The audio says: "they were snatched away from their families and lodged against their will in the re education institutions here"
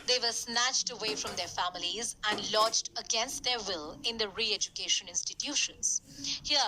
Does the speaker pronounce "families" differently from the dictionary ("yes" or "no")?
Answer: no